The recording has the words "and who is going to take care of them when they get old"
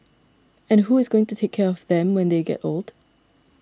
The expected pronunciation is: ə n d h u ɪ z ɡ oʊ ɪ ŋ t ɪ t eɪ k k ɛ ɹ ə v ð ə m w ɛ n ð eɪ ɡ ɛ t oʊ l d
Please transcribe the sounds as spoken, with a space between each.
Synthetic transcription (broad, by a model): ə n h u ɪ z ɡ oʊ ɪ ŋ t ɪ t eɪ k k ɛ ɹ ə v ð ə m w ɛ n ð eɪ ɡ ɛ t oʊ l d